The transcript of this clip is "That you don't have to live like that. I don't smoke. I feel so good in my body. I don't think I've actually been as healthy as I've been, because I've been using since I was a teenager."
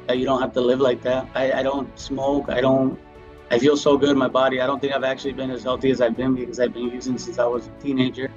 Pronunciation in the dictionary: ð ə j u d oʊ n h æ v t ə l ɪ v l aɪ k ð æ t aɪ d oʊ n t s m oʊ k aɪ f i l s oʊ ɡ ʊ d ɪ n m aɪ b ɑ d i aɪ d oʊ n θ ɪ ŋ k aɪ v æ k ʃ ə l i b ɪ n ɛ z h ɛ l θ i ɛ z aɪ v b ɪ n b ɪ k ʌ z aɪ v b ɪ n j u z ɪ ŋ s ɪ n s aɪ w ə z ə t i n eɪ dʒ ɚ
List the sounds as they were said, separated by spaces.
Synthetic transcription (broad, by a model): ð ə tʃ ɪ d oʊ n h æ f t ə l ɪ v l aɪ k ð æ t aɪ d oʊ n t s m oʊ k aɪ f i l s oʊ ɡ ʊ d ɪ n m aɪ b ɑ d i aɪ d oʊ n θ ɪ ŋ k aɪ v æ k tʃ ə l i b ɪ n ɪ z h ɛ l θ i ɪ z aɪ v b ɪ n b ɪ k ʌ z aɪ v b ɪ n j u z ɪ ŋ s ɪ n s aɪ w ə z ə t i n eɪ dʒ ɚ